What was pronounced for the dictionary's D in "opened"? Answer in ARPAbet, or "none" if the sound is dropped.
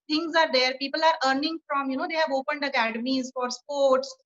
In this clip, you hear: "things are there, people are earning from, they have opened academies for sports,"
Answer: D